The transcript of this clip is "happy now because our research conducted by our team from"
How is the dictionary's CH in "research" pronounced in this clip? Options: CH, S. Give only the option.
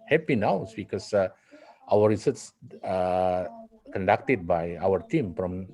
S